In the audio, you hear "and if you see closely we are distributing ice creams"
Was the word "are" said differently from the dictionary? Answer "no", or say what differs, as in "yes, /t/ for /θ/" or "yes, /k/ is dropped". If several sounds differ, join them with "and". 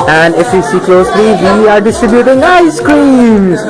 no